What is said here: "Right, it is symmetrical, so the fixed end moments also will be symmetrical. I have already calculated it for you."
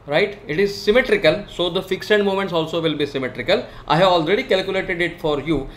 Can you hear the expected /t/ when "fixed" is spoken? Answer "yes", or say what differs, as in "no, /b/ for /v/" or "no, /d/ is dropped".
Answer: no, /t/ is dropped